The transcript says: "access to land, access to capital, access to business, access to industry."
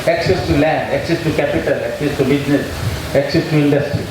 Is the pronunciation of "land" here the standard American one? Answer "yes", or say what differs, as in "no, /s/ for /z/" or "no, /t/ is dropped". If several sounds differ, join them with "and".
yes